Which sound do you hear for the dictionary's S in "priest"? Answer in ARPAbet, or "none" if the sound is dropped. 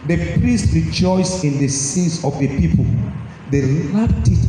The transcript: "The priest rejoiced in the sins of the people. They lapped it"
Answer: S